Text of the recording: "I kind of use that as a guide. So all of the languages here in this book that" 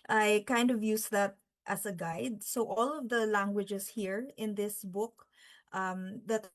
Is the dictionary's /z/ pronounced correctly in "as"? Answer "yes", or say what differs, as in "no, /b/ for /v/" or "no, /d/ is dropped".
no, /s/ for /z/